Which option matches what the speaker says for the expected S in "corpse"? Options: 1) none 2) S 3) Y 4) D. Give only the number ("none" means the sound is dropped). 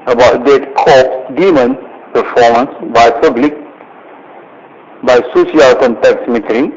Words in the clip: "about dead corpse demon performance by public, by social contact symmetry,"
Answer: 1